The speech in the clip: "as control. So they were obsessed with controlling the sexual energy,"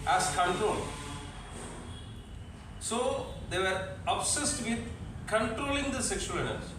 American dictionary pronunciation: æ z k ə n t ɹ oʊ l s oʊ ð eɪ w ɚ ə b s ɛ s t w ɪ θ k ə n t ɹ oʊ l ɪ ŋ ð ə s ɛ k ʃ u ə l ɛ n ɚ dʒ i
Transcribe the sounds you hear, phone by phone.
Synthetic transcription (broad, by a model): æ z k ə n t ɹ oʊ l s oʊ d eɪ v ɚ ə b s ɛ s t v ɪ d k ə n t ɹ oʊ l ɪ ŋ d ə s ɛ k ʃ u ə n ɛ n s